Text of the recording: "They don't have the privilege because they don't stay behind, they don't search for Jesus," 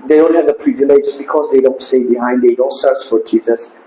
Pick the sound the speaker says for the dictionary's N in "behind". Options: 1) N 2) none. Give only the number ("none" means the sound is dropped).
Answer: 1